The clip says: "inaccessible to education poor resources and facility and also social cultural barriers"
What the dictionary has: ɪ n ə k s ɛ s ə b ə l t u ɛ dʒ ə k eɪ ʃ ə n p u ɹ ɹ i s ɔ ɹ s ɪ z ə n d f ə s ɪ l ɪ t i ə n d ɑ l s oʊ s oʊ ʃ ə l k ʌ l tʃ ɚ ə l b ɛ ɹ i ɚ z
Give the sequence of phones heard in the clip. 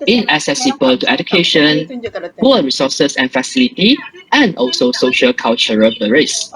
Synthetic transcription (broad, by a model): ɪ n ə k s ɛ s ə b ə l t u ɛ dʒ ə k eɪ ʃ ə n b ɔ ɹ ɹ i s ɔ s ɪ s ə n f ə s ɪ l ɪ t i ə n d ɑ l s oʊ s oʊ ʃ ə l k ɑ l tʃ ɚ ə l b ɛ ɹ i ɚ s